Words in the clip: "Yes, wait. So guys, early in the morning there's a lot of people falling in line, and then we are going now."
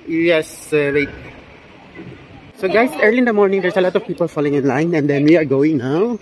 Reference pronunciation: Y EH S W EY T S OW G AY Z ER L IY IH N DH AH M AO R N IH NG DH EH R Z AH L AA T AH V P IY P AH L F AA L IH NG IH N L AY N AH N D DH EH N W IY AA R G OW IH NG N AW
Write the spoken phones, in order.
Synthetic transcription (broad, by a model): Y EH S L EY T S OW G AY S ER L IY IH N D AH M AO R N IH NG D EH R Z AH L AA T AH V P IY P AH L F AA L IH NG IH N L AY N AH N D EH N W IY AA R G OW IH NG N AW